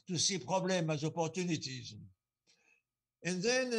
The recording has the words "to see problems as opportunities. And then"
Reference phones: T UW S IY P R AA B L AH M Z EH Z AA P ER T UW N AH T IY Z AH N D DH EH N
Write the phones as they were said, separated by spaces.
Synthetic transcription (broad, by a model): T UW S IY P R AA B L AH M AA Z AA P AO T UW N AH T IY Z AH N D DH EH N